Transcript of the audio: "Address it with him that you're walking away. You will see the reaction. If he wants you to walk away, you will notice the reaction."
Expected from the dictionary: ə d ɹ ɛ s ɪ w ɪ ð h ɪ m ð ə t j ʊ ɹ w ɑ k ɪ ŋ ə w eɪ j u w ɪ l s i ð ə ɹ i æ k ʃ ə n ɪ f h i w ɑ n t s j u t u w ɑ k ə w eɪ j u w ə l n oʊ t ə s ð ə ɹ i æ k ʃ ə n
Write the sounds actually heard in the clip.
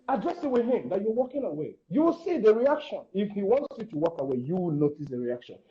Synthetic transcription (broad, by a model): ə d ɹ ɛ s ɪ w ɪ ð h ɪ m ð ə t j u w ɑ k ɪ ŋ ə w eɪ j u w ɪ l s i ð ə ɹ i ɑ k ʃ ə n ɪ f h i w ɑ n t s j u t u w ɑ k ə w eɪ j u w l n oʊ t ə s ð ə ɹ i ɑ k ʃ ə n